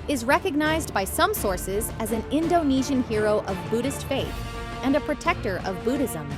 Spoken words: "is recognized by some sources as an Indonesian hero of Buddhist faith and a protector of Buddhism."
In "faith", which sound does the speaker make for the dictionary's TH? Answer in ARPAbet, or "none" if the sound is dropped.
TH